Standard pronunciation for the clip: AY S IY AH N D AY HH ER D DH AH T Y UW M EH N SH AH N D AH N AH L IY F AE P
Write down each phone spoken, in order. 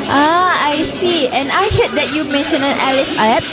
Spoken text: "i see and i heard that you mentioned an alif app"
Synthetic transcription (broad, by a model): AY S IY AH N AY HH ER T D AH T Y UW M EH N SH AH N AH N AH L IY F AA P